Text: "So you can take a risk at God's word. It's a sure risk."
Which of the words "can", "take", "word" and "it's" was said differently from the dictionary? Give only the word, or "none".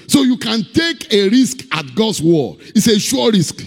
word